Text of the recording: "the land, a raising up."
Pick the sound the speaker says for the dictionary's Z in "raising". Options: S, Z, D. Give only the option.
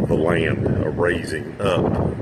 Z